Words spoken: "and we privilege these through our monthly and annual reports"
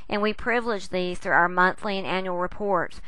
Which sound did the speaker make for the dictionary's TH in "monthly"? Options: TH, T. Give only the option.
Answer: TH